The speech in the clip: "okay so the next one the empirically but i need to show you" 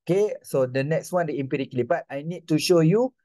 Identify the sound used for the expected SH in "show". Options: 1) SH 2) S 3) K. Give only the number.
1